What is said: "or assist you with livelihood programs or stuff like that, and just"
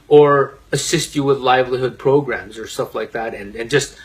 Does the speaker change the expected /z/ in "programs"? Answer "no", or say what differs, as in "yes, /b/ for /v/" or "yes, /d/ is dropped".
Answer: no